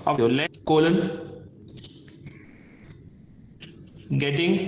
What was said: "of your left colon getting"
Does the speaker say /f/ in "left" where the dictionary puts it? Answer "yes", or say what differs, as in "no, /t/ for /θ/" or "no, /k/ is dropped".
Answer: no, /f/ is dropped